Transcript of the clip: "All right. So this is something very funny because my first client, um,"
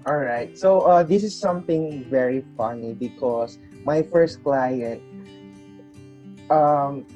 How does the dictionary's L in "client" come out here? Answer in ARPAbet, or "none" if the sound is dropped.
L